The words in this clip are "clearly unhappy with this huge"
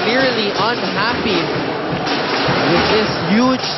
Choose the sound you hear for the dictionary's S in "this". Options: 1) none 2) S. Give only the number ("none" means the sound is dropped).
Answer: 2